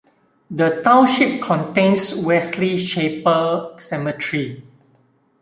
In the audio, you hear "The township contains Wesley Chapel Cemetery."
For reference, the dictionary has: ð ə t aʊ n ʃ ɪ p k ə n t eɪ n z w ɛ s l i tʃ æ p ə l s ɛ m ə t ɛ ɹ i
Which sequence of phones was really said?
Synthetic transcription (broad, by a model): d ə t aʊ n ʃ ɪ p k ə n t eɪ n s w ɛ s l i ʃ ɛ p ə s ɛ m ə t ɹ i